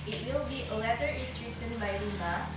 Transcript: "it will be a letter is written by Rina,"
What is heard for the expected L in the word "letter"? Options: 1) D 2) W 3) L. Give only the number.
2